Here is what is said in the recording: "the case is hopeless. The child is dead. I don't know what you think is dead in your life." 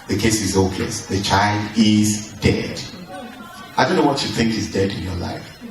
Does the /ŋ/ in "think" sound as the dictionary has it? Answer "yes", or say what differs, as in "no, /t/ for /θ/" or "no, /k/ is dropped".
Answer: yes